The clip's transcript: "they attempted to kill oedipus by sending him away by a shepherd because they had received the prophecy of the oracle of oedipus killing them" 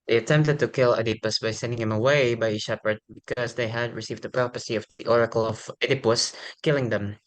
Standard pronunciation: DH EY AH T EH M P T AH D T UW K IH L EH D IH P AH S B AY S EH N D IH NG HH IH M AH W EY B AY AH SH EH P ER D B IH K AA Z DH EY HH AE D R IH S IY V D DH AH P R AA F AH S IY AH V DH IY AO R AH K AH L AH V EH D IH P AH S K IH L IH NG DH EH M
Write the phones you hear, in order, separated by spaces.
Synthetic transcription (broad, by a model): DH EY AH T EH M P T AH D T UW K IH L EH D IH P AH S B AY S EH N D IH NG HH IH M AH W EY B AY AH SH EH P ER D B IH K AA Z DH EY HH AE D R IH S IY V D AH P R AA P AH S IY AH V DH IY AO R AH K AH L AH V EH D IH P AH S K IH L IH NG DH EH M